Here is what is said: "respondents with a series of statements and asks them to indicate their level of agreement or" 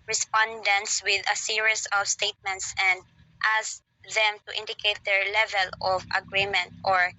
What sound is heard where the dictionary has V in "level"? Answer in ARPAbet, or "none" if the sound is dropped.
V